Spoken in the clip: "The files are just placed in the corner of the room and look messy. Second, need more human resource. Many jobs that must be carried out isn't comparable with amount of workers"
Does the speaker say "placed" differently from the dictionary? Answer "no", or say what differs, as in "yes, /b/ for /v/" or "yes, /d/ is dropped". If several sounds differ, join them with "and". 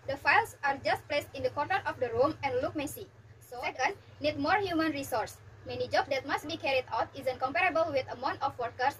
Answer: no